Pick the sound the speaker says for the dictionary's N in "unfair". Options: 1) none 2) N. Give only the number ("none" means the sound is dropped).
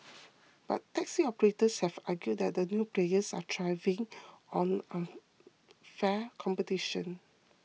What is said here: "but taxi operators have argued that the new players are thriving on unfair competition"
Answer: 1